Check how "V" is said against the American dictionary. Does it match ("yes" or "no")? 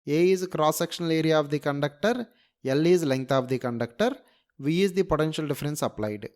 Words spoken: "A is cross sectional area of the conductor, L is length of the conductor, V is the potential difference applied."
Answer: yes